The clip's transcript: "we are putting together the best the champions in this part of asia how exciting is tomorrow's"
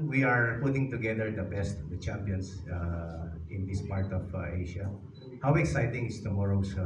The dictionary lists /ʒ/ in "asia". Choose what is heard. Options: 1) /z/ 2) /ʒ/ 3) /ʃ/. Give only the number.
3